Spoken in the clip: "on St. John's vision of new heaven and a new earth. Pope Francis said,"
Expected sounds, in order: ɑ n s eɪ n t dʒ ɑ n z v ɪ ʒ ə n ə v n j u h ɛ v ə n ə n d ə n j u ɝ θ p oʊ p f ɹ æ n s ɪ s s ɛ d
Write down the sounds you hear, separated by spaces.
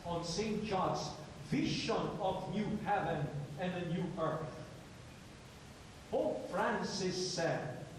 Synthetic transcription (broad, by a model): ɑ n s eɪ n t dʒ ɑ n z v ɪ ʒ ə n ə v n j u h ɛ v ə n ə n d ə n j u ɝ θ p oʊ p f ɹ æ n s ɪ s s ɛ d